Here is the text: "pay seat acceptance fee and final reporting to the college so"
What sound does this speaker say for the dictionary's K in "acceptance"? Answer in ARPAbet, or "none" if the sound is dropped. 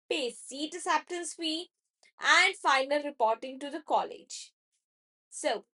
none